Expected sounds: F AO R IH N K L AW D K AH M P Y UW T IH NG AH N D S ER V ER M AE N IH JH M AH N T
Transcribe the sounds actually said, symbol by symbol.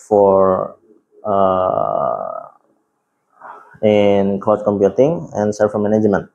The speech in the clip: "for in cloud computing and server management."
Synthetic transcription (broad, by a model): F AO R IH N K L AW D K AH M P Y UW T IH NG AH N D S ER F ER M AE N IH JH M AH N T